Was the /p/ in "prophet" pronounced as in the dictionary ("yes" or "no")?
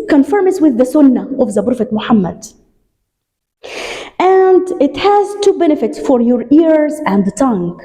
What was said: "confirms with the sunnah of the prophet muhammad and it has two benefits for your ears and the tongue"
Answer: no